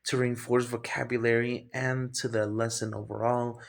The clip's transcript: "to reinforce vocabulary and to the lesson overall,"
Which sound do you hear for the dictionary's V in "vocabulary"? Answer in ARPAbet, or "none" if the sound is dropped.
V